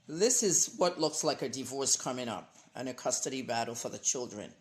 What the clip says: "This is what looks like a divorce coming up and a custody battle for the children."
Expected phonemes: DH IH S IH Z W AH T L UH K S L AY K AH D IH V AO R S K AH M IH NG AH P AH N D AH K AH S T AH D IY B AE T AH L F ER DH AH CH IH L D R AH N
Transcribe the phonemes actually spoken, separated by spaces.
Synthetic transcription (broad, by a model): DH IH S IH Z W AH T L UH K S L AY K AH D IH V AO R S K AH M IH NG AH P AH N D AH K AH S T AH D IY B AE T L F ER DH AH CH IH L D R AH N